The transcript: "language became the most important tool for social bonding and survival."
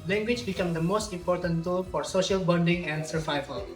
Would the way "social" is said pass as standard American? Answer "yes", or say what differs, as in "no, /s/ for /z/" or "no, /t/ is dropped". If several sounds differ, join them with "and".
yes